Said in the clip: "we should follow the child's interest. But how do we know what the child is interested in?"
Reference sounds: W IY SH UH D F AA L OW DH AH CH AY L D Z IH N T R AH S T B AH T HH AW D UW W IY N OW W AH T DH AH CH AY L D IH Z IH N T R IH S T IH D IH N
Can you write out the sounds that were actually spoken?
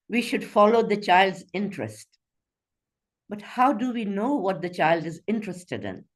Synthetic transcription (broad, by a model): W IY SH UH D F AA L OW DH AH CH AY L D Z IH N T R AH S T B AH T HH AW D UW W IY N OW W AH T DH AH CH AY L D IH Z IH N T R IH S T IH D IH N